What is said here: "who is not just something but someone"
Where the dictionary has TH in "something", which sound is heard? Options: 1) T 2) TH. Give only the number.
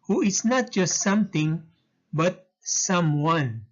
1